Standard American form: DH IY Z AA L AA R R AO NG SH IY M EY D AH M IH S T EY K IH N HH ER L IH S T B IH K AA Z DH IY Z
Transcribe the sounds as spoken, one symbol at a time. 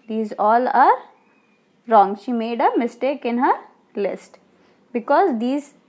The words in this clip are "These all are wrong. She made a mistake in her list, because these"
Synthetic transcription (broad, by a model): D IY Z AA L AA R R AO NG SH IY M EY D AH M IH S T EY K IH N HH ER L IH S T B IH K AA Z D IY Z